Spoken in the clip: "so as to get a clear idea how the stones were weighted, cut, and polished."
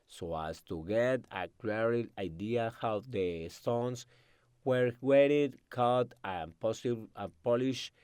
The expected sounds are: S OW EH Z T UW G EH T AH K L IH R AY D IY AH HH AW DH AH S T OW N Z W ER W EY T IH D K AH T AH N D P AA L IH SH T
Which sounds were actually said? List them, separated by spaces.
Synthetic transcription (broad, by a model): S OW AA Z T UW G EH T AH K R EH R AY D IY AH HH AW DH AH S T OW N S W ER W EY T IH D K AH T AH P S P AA L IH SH